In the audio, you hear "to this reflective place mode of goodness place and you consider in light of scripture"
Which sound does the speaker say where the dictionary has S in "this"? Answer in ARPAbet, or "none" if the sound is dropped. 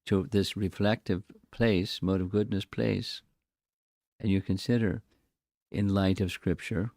S